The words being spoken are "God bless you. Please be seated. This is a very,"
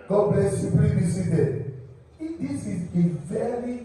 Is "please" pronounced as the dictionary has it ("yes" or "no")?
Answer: no